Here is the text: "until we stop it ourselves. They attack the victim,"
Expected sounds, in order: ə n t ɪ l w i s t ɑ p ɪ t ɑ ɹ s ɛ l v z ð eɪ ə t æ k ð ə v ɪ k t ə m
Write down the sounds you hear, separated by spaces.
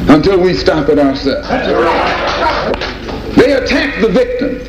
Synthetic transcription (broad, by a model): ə n t ɪ l w i s t ɑ p ɪ t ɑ ɹ s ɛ ð eɪ ə t æ k ð ə v ɪ k t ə m